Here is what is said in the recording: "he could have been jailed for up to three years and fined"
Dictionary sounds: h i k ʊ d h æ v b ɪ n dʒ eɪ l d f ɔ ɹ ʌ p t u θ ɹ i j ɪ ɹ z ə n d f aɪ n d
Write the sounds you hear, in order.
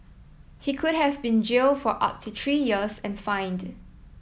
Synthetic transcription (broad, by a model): h i k ʊ d h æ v b ɪ n dʒ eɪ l f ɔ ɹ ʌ p t u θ ɹ i j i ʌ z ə n f aɪ n d